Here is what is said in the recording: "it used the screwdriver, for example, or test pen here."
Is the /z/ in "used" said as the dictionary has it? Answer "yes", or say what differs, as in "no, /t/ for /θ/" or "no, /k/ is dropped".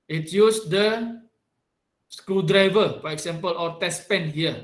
no, /s/ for /z/